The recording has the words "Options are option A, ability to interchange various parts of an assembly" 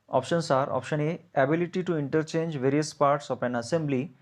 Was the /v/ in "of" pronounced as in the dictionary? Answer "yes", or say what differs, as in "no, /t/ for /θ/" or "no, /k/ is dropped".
no, /p/ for /v/